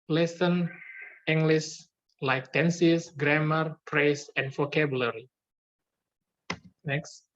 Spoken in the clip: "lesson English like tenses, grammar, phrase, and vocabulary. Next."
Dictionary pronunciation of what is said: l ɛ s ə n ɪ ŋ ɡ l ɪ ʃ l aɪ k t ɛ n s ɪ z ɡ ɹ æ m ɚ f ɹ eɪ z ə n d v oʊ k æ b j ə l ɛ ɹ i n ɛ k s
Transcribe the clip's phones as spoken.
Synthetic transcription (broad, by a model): l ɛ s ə n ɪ ŋ ɡ l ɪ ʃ l aɪ k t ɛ n s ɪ s ɡ ɹ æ m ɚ p ɹ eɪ s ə n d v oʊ k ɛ b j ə l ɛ ɹ i n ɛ k s